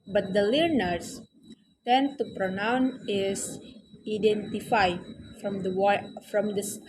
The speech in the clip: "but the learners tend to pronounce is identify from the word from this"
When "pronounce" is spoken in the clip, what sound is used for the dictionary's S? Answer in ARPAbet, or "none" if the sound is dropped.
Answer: none